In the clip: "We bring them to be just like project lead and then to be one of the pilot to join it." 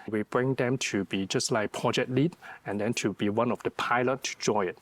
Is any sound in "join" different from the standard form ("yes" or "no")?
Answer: yes